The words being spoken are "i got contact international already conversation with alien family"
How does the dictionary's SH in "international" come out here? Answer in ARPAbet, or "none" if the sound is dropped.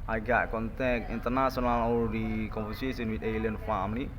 S